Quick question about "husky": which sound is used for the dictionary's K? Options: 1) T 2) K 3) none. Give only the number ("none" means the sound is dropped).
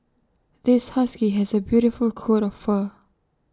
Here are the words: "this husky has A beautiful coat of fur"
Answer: 2